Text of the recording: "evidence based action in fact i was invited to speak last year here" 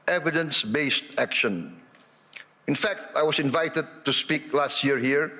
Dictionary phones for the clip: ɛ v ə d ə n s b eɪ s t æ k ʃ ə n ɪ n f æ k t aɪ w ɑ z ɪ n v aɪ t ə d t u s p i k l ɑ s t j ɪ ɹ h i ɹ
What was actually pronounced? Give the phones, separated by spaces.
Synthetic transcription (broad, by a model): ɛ v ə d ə n s b eɪ s t æ k ʃ ə n ɪ n f æ k t aɪ w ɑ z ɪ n v aɪ t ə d t u s p i k l ɑ s t j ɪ ɹ h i ɹ